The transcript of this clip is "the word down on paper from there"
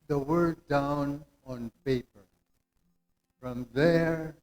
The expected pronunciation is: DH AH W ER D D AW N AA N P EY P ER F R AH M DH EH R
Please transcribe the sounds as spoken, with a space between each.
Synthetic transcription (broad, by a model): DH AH W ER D D AW N AA N P EY P ER F R AH M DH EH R